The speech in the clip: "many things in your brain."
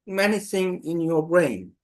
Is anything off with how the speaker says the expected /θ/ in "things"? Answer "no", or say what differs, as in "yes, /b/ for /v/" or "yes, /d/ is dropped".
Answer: yes, /s/ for /θ/